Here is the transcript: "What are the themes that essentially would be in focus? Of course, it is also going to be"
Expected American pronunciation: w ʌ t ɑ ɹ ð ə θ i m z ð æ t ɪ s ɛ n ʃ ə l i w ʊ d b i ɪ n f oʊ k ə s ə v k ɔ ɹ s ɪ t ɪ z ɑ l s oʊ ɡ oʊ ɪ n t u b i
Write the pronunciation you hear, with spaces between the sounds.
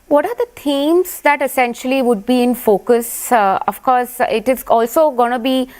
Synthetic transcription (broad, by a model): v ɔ t ɑ ɹ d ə t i m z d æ t ɪ s ɛ n ʃ ə l i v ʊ d b i ɪ n f oʊ k ə s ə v k ɔ ɹ s ɪ t ɪ z ɑ l s oʊ ɡ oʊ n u b i